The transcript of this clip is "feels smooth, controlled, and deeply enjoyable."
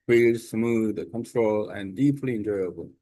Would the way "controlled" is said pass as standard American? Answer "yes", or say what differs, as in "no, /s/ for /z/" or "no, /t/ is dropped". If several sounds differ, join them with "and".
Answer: no, /d/ is dropped